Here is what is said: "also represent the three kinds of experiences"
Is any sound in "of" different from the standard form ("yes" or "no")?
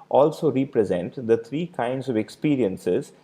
no